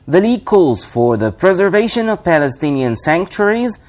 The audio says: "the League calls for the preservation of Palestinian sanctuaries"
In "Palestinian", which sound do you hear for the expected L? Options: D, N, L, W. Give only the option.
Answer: L